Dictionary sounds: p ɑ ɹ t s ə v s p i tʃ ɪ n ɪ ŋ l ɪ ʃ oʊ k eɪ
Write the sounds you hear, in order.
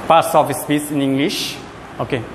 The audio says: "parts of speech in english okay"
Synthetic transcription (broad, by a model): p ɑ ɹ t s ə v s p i s ɪ n ɪ ŋ l ɪ ʃ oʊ k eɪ